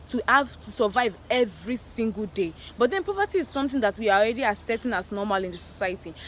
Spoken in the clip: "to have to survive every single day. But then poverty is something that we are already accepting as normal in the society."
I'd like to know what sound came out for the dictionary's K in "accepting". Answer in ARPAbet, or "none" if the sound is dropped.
none